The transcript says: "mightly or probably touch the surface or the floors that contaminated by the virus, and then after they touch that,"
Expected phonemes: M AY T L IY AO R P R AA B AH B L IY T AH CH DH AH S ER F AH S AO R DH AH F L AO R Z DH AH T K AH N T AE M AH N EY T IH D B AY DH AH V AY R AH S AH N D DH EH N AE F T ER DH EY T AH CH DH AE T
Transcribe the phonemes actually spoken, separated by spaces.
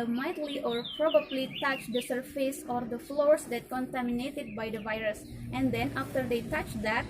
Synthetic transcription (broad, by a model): M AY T L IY AO R P R AA B AH B L IY T AH CH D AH S ER F AH S AO R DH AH F L AO R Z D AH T K AH N T AE M AH N EY T IH D B AY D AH V AY R AH S AH N D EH N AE F T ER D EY T AH CH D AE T